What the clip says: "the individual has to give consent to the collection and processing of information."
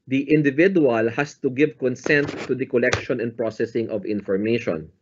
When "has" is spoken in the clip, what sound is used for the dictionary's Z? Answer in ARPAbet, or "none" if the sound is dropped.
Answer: S